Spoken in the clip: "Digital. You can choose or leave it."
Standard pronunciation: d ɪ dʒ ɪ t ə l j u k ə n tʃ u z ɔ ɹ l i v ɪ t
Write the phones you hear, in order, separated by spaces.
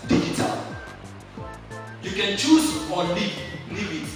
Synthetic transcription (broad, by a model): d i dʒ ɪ t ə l j u k ə n tʃ u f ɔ l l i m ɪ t